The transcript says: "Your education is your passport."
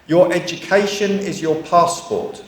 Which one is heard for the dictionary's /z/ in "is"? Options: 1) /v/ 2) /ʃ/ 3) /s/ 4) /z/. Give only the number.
4